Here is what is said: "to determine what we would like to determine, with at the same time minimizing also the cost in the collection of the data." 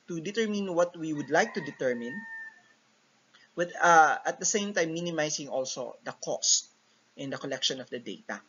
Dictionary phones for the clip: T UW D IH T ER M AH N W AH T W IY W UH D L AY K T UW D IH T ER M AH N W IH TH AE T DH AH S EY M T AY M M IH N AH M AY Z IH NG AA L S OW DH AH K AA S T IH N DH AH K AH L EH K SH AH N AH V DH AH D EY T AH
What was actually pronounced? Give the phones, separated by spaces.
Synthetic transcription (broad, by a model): T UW D IH T ER M AH N W AH T W IY W UH D L AY K T UW D IH T ER M AH N W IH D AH T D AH S EY M T AY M M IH N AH M AY S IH NG AA L S OW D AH K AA S T IH N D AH K AH L EH K SH AH N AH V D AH D EY T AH